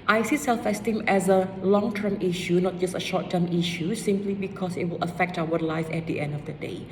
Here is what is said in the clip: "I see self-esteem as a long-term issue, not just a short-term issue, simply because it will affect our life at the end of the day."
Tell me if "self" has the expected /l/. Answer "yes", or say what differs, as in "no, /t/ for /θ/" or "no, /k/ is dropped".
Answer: yes